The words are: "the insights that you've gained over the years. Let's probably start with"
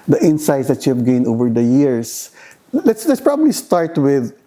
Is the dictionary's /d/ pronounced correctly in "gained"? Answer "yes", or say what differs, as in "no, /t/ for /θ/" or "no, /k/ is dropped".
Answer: no, /d/ is dropped